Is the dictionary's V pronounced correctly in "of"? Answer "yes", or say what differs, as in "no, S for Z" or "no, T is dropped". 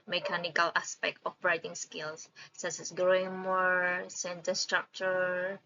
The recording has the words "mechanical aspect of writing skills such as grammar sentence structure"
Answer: no, B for V